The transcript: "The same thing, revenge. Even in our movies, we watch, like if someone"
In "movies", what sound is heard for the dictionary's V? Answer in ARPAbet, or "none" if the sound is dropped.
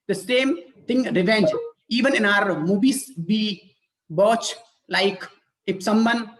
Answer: B